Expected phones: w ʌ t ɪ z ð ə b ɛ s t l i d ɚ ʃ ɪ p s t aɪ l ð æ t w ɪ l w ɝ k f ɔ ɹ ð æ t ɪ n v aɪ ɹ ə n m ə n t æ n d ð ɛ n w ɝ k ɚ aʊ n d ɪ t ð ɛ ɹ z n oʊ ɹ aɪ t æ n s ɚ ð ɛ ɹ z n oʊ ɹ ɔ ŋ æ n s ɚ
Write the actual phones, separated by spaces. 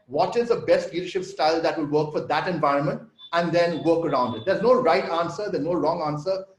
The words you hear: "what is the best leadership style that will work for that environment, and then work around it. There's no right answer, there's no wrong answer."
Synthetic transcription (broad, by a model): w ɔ t ɪ z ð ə b ɛ s t l i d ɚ ʃ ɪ p s t aɪ l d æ t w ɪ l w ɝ k f ɔ ɹ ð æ t ɪ n v aɪ ɹ ə n m ə n t æ n d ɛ n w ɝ k ɚ aʊ n d ɪ t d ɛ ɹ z n oʊ ɹ aɪ t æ n s ɚ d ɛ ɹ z n oʊ ɹ ɔ ŋ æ n s ɚ